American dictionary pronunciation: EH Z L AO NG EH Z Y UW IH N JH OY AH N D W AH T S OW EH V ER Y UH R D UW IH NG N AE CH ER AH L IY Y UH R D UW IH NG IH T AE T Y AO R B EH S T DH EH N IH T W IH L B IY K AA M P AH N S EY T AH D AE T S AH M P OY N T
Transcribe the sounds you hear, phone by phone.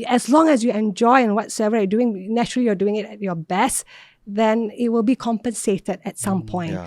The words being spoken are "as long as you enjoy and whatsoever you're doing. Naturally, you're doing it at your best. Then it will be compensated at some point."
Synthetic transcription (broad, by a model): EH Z L AO NG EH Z Y UW IH N JH OY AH N W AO T S OW EH V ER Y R D UW IH NG N AE CH ER AH L IY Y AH D UW IH NG IH T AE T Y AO B EH S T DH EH N IH T W IH L B IY K AA M P AH N S EY T AH D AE T S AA M P OY N T